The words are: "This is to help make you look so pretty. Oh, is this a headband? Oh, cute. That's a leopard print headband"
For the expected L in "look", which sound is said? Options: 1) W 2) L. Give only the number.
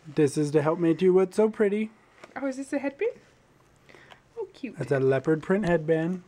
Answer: 1